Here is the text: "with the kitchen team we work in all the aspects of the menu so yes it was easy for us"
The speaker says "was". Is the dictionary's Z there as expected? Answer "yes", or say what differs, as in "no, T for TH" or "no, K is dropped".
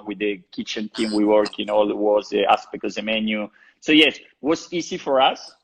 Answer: no, S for Z